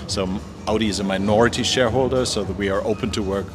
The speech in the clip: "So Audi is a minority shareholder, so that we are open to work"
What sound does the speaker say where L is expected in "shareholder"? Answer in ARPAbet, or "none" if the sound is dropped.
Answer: L